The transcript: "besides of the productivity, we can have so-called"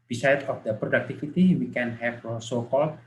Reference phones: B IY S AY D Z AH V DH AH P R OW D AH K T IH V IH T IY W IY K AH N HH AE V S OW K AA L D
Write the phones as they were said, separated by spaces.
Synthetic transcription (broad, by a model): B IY S AY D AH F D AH P R OW D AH K T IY F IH T IY W IY K AH N HH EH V S OW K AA L